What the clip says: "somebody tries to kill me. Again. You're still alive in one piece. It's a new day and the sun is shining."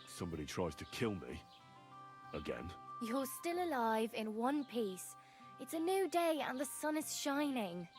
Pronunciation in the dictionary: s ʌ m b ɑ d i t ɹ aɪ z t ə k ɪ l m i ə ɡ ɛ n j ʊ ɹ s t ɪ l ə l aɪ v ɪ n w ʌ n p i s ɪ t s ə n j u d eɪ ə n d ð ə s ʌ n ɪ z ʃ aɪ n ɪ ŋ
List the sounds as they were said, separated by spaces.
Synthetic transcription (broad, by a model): s ʌ m b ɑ d i t ɹ aɪ z t ə k ɪ l m i ə ɡ ɛ n j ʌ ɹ s t ɪ l ə l aɪ v ɪ n w ʌ n p i s ɪ t s ə n j u d eɪ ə n ð ə s ʌ n ɪ z ʃ aɪ n ɪ ŋ